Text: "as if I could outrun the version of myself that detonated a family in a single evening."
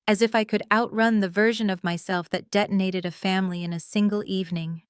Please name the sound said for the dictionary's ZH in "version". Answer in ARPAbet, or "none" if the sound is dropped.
ZH